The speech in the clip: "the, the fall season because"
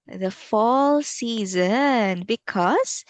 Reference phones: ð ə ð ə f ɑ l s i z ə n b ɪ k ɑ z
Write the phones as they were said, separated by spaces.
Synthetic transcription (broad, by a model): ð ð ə f ɑ l s i z ə n b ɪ k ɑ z